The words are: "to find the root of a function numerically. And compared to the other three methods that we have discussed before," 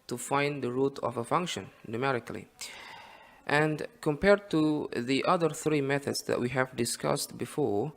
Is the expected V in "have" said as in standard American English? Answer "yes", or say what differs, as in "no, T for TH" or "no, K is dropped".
yes